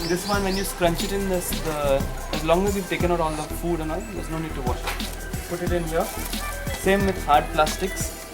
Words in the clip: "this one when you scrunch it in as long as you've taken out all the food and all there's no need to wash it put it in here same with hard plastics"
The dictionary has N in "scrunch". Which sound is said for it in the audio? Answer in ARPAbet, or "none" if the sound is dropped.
N